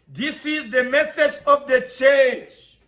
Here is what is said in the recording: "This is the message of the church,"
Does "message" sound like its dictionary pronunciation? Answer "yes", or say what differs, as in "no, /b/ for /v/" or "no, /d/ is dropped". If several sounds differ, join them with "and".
no, /θ/ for /s/